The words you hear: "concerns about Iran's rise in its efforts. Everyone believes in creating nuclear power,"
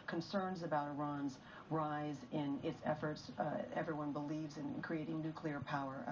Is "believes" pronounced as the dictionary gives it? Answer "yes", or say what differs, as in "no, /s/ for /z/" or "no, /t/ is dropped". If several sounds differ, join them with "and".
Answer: yes